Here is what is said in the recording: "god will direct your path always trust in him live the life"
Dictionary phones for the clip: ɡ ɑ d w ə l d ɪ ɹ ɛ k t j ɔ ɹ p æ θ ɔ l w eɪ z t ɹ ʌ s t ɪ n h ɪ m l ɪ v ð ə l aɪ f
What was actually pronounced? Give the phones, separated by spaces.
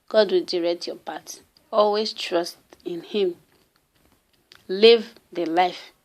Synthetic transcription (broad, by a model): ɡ ɑ d w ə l d ɪ ɹ ɛ k t j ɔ p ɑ t ɔ l w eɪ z t ɹ ʌ s t ɪ n h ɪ m l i v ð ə l aɪ f